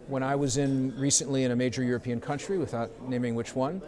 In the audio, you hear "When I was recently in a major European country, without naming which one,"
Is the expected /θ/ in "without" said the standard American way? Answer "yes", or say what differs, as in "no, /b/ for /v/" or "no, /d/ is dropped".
yes